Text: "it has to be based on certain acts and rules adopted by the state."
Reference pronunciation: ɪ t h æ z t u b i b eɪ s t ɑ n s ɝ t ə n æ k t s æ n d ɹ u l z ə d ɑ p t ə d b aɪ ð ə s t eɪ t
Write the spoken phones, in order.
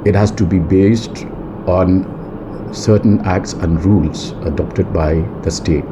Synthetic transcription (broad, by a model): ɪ t h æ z t u b i b eɪ s t ɑ n s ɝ t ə n æ k t s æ n d ɹ u l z ə d ɑ p t ə d b aɪ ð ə s t eɪ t